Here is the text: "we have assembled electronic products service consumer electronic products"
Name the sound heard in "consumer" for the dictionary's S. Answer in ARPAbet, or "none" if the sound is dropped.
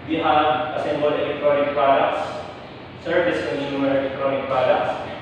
none